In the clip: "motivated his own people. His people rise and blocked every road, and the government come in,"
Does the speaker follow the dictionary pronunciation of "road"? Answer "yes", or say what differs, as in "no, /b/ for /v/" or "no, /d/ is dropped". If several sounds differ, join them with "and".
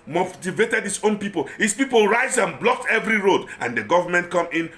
yes